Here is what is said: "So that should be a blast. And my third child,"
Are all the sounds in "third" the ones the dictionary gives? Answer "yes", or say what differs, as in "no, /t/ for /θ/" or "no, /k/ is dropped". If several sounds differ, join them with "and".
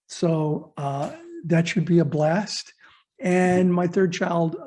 yes